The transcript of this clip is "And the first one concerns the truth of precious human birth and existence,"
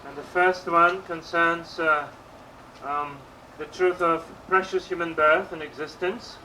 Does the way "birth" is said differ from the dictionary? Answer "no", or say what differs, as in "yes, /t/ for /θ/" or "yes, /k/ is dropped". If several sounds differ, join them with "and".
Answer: no